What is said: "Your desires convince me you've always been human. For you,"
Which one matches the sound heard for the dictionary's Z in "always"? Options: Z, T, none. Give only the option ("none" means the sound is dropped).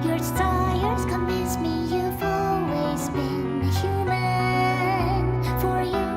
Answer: Z